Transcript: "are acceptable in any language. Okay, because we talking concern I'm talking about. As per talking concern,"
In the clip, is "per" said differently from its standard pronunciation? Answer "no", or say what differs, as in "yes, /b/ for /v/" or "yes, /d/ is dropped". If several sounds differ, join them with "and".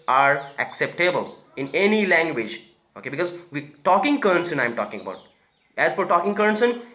yes, /f/ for /p/